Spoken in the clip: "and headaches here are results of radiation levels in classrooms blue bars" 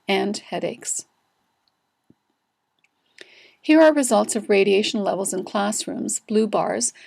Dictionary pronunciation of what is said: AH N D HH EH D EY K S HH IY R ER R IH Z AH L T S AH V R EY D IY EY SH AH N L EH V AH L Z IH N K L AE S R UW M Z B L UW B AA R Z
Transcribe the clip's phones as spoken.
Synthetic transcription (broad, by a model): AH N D HH EH D EY K S HH IY R ER R IH Z AH L T S AH V R EY D IY EY SH N L EH V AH L Z IH N K L AE S R UW M Z B L UW B AA R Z